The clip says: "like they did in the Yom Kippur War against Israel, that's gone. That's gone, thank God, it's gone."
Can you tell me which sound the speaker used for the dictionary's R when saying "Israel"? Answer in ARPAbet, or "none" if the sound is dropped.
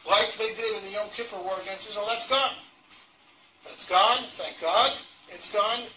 W